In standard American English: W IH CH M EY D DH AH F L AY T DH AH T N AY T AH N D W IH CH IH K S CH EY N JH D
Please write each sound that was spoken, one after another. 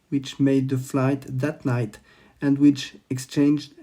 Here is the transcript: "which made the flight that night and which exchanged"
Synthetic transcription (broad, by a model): W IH CH M EY D DH AH F L AY T DH AH T N AY T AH N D W IH CH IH K S CH EY N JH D